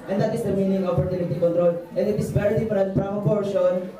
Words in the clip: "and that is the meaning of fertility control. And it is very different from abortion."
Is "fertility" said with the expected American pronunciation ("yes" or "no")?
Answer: no